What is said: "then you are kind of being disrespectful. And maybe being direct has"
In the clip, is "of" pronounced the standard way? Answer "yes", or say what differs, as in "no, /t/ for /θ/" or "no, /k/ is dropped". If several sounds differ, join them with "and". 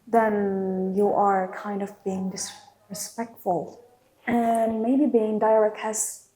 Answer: yes